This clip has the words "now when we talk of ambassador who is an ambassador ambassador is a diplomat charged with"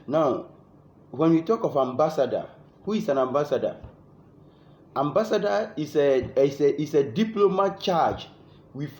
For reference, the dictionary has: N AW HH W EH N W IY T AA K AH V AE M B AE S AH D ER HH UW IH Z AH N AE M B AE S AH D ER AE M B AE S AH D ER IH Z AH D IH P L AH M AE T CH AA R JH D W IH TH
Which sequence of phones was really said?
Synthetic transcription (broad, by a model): N AW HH W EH N W IY T AA K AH F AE M B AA S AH D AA HH UW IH S AH N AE M B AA S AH D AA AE M B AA S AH D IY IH S AH D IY P L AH M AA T CH AA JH W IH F